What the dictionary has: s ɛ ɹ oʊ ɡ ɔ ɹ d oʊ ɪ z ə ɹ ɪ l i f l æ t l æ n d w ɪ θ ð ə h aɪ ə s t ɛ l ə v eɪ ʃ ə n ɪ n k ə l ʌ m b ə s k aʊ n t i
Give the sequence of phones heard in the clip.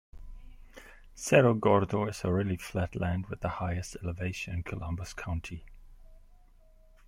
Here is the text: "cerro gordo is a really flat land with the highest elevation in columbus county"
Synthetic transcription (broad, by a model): s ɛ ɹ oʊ ɡ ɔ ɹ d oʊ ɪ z ə ɹ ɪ l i f l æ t l æ n d w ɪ ð ə h aɪ ə s t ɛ l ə v eɪ ə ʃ ɪ n k ə l ʌ m b ə s k aʊ n t i